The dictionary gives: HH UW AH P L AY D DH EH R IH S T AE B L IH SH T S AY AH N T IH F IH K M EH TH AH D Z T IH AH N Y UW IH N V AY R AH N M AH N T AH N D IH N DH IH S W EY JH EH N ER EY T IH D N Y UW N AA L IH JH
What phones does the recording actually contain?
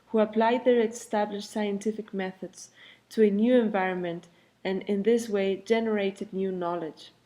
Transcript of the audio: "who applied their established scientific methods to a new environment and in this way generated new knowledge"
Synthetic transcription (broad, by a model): HH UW AH P L AY D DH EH R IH S T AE B L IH SH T S AY AH N T IH F IH K M EH TH AH D Z T IH AH N Y UW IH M V AY R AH N M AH N T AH N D IH N DH IH S W EY JH EH N ER EY T IH D N Y UW N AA L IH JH